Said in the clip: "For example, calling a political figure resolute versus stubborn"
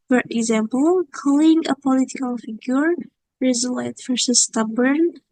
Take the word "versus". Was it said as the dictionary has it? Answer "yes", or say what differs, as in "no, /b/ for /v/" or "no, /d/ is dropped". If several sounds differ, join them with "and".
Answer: no, /f/ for /v/